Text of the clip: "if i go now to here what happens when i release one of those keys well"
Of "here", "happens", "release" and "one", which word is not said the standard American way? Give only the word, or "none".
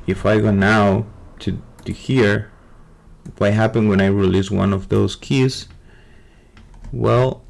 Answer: happens